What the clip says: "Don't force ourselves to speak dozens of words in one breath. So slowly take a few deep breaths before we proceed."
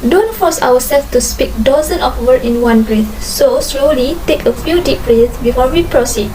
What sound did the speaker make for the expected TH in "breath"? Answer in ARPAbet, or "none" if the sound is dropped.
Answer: S